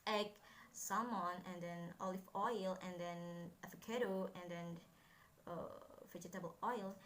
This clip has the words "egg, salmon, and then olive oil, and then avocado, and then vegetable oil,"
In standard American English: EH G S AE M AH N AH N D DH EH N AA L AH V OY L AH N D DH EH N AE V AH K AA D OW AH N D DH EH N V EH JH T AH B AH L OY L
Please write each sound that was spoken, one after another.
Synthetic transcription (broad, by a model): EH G S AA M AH N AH N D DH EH N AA L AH F OY L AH N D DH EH N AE F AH K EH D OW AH N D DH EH N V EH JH T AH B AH L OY L